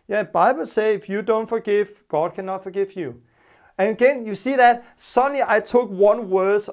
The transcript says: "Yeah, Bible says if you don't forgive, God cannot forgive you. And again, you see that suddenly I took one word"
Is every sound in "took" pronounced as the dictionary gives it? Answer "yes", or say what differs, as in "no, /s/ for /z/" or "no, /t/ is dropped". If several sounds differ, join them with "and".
yes